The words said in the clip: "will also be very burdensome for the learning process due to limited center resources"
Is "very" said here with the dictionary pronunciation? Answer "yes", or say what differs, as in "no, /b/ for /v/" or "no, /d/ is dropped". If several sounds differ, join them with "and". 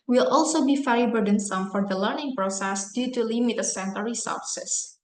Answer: no, /f/ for /v/